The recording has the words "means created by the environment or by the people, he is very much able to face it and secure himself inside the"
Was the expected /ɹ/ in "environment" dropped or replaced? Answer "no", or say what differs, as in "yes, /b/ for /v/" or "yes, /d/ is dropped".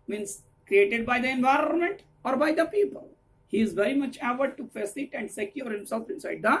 no